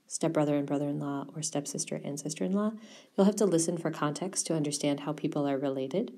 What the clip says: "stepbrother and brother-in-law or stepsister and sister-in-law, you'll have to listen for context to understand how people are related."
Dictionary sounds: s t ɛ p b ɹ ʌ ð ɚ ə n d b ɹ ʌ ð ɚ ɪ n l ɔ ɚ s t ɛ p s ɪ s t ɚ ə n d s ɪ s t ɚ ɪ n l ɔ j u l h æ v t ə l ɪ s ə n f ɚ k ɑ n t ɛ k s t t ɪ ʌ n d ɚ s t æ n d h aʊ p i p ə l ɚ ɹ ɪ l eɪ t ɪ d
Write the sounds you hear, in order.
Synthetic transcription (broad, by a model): s t ɛ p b ɹ ʌ ð ɚ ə n b ɹ ʌ ð ɚ ɪ n l ɔ ɚ s t ɛ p s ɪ s t ɚ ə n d s ɪ s t ɚ ɪ n l ɔ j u l h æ f t ə l ɪ s ə n f ɚ k ɑ n t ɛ k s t t ɪ ʌ n d ɚ s t æ n d h aʊ p i p l ɚ ɹ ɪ l eɪ t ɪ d